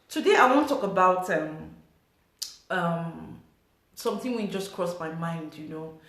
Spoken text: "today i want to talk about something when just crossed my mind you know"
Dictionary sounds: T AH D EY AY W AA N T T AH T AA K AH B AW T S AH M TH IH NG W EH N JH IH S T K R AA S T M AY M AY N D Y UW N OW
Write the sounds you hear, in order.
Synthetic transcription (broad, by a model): T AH D EY AY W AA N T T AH T AA K AH B AW T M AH M S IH NG W EH N JH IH S K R AA S M AY M AY N D Y UW N OW